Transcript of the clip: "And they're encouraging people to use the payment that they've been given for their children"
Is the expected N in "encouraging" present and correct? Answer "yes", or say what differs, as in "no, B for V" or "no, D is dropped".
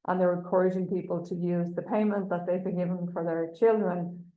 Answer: no, N is dropped